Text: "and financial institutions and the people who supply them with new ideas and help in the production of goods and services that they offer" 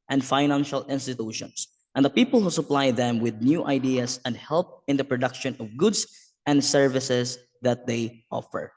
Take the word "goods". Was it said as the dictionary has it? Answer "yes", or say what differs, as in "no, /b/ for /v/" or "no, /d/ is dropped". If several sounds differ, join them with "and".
no, /s/ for /z/